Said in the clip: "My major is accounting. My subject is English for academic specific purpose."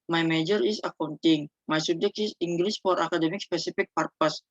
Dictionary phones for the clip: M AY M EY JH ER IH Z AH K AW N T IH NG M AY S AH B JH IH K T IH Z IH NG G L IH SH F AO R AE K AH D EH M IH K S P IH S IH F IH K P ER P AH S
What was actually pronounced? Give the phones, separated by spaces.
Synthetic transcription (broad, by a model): M AY M EY JH ER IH S AH K AW N T IH NG M AY S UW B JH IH K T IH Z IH NG G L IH S F AO R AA K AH D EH M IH K S P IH S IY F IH K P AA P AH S